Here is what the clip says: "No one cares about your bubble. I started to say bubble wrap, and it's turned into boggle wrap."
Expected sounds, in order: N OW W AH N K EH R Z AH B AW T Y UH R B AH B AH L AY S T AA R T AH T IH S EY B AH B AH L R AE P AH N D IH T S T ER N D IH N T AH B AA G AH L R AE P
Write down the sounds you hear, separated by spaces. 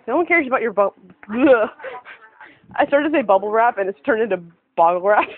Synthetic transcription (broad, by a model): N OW W AH N K EH R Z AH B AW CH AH R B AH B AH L AY S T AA R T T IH S EY B AH B L R AE P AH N IH T S T ER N IH N T AH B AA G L R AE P